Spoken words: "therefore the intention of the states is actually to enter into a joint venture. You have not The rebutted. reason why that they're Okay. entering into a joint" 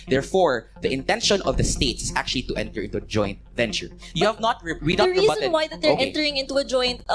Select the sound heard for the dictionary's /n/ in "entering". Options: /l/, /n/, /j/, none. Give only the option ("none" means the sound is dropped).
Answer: none